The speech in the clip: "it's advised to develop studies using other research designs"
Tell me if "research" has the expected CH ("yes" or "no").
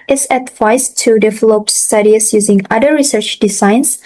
yes